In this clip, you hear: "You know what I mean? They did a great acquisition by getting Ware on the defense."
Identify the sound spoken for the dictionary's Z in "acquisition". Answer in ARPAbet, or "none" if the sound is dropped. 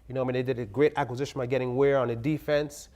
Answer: Z